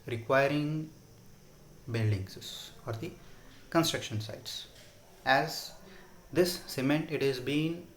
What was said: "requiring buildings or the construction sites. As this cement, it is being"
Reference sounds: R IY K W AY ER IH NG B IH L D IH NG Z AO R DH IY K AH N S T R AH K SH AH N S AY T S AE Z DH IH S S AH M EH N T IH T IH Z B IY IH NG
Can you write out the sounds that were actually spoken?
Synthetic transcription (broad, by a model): R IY K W AY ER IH NG B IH L D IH NG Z AO R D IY K AH N S T R AH K SH AH N S AY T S AE Z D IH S S AH M EH N T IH T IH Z B IY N